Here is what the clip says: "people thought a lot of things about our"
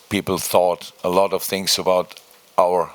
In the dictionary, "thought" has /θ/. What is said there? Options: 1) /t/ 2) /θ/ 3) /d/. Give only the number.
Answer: 2